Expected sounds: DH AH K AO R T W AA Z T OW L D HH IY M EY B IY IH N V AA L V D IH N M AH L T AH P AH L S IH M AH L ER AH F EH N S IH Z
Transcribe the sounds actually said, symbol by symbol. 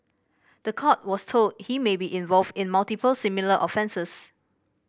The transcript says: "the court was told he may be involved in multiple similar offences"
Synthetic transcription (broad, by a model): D AH K AO T W AA S T OW L D HH IY M EY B IY IH N V AA L V D IH N M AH L T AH P AH L S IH M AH L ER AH F EH N S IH S